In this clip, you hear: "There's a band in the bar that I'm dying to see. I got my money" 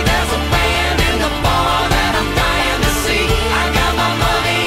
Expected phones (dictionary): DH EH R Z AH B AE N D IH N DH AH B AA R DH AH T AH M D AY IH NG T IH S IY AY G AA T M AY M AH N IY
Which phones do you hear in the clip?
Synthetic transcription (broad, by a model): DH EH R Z AH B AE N IH N DH AH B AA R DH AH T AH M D AY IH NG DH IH S IY AY G AA T M AY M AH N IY